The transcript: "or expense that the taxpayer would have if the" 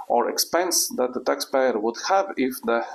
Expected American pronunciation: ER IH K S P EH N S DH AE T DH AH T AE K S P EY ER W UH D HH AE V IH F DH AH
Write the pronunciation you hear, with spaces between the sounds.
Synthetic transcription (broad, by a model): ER IH K S P EH N S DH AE T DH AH T AE K S P EY ER W UH D HH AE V IH F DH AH